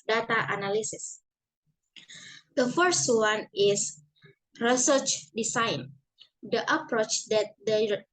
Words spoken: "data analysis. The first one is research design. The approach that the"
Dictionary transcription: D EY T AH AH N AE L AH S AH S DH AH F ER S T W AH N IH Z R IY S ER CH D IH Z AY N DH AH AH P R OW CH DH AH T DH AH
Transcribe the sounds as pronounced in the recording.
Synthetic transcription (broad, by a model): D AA T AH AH N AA L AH S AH S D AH F ER S T W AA N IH S R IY S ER CH D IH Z AY N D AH AH P R OW CH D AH T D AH